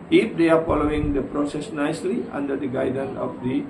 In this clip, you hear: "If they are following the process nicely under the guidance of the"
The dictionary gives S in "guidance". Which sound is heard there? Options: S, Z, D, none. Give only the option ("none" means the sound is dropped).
none